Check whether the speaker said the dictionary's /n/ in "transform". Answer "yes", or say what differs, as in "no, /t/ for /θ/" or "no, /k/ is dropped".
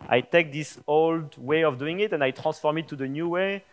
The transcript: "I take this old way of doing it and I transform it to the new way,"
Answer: no, /n/ is dropped